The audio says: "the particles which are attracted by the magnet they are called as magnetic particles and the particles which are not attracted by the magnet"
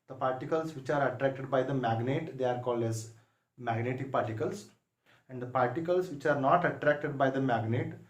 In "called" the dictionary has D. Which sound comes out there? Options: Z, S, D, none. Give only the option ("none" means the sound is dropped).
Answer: D